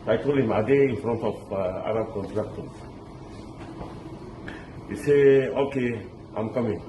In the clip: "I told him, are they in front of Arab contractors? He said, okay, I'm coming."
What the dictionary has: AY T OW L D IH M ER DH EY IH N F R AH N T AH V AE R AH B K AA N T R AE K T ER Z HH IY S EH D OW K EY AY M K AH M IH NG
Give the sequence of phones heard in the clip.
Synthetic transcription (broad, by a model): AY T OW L IH M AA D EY IH N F R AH N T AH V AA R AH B K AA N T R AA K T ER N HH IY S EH OW K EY AY M K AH M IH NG